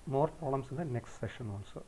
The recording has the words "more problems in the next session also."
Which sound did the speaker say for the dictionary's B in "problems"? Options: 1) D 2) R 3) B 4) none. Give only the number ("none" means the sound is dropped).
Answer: 4